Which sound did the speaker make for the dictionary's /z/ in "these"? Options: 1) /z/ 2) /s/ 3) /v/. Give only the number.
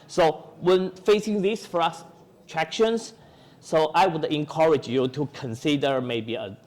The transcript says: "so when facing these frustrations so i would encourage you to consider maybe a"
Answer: 2